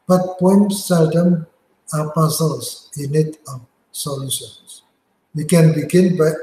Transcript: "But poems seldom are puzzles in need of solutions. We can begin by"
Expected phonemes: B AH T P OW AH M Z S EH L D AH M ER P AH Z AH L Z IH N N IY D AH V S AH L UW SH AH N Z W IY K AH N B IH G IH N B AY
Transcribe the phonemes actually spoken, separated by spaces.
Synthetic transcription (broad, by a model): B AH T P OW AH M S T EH D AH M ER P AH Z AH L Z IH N N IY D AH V S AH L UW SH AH N S W IY K AH N B IH G IH N B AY